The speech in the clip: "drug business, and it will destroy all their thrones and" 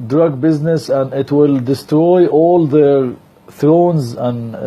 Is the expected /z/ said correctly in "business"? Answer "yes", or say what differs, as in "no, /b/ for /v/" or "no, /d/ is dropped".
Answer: yes